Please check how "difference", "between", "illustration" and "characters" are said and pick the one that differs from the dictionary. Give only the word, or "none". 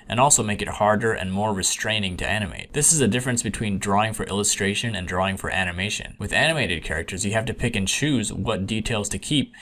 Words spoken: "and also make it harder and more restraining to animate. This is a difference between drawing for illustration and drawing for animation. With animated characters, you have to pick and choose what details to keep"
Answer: none